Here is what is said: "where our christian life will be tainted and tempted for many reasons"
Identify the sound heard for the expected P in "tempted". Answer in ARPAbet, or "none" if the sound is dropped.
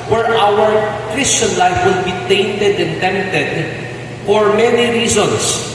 none